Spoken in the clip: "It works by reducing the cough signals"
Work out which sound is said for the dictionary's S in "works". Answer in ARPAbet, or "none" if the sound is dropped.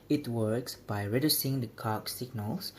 S